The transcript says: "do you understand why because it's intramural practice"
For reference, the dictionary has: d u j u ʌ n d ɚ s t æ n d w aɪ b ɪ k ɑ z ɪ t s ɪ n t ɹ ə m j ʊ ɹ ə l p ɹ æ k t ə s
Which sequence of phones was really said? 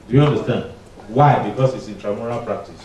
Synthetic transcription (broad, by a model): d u j u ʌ n d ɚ s t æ n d w aɪ b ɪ k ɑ s ɪ t s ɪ n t ɹ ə m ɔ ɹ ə l p ɹ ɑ k t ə s